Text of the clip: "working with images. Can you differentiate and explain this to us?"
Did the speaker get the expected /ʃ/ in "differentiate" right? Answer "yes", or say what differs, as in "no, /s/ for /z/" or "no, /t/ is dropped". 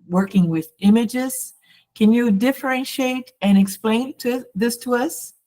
yes